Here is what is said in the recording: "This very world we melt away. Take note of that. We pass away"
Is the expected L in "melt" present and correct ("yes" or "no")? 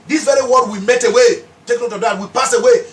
no